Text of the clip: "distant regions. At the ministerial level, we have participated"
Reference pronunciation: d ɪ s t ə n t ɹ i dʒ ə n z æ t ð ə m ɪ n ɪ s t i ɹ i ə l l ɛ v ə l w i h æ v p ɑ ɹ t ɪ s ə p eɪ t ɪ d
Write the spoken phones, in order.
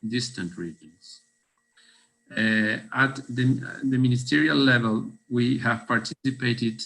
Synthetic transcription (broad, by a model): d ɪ s t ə n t ɹ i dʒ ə n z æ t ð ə m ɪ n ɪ s t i ɹ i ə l l ɛ v ə l w i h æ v p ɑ ɹ t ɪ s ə p eɪ t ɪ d